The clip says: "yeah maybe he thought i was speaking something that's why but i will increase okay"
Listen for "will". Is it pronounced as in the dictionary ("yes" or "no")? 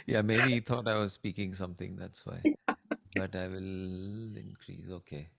yes